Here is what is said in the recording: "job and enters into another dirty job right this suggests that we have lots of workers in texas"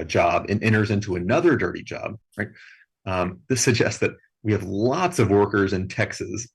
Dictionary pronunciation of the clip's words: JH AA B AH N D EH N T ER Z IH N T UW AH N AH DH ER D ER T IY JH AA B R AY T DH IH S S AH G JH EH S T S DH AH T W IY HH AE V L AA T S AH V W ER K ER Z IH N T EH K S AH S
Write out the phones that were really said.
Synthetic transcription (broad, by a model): JH AA B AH N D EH T ER Z IH N T UW AH N AH DH ER D ER T IY JH AA B R AY T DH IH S S AH G JH EH S T S DH AH T W IY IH V L AA T S AH V W ER K ER Z IH N T EH K S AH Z